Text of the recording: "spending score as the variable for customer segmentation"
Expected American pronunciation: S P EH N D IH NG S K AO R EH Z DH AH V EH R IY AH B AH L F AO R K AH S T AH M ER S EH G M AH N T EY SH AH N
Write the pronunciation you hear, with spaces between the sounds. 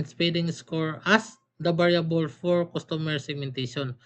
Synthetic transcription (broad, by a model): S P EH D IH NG S K AO R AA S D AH B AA R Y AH B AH L F AO R K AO S T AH M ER S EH G M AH N T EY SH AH N